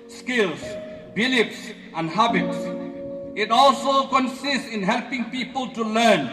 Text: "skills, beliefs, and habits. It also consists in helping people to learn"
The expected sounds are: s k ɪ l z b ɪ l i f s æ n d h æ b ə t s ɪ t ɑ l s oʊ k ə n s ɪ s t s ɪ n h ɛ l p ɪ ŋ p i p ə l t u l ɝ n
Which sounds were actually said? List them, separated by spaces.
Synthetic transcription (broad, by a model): s k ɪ l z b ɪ l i p s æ n d h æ b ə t s ɪ t ɑ l s oʊ k ə n s ɪ s t s ɪ n h ɛ l p ɪ ŋ p i p ə l t u l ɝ n